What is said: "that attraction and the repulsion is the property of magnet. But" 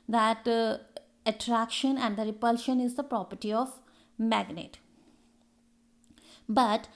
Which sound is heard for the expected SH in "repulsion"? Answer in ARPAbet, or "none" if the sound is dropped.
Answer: SH